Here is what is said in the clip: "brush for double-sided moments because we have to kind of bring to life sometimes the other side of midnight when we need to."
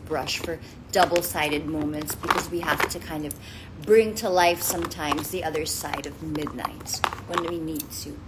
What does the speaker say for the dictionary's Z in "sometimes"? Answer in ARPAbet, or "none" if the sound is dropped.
Z